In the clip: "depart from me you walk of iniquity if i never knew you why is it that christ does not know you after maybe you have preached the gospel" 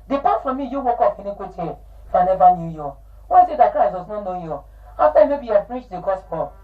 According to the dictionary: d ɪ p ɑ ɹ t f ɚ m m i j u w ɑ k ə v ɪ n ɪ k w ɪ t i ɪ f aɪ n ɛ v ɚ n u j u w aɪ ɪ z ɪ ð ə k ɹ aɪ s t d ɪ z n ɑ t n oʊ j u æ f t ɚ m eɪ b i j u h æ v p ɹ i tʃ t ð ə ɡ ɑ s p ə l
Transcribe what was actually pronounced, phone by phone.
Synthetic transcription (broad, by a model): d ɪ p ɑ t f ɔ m m i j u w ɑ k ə f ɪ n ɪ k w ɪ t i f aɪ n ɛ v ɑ n u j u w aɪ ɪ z ɪ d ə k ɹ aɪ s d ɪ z n ɑ t n oʊ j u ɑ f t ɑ m eɪ b i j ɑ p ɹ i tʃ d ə ɡ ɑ s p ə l